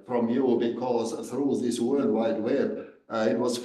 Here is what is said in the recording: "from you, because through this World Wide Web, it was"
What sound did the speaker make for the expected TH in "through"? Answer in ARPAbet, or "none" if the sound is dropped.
TH